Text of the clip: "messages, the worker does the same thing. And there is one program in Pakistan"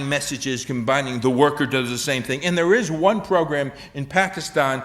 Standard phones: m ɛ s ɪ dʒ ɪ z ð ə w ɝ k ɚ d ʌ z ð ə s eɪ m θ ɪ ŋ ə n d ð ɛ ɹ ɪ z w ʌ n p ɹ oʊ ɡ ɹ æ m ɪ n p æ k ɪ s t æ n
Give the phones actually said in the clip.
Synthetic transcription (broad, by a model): m ɛ s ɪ dʒ ɪ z ð ə w ɝ k ɚ d ʌ z ð ə s eɪ m θ ɪ ŋ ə n ð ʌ ɹ ɪ z w ʌ n p ɹ oʊ ɡ ɹ æ m ɪ n p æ k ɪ s t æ n